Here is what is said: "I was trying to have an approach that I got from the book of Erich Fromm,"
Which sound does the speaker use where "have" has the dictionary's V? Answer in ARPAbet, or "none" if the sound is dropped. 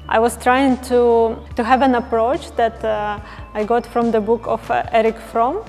V